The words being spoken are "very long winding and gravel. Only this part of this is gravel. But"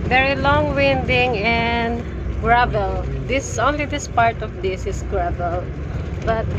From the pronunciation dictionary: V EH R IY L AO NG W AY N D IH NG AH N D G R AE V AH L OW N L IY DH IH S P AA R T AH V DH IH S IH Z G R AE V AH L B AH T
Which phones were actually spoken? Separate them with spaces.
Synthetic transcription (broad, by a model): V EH R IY L AO NG W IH N D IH NG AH N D G R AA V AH L OW N L IY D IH S P AA R T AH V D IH S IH S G R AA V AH L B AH T